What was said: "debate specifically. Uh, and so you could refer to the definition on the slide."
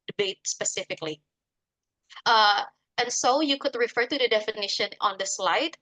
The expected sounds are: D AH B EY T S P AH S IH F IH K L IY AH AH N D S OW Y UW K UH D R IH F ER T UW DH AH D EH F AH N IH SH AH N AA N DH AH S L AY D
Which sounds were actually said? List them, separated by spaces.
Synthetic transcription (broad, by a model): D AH B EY T S P AH S IH F IH K L IY AH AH N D S OW Y UW K UH D R IH F ER T UW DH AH D EH F AH N IH SH AH N AA N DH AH S L AY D